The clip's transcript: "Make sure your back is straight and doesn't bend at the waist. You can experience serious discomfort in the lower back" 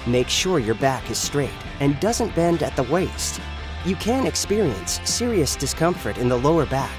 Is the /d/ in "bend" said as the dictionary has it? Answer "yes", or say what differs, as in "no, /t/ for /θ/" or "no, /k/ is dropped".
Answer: yes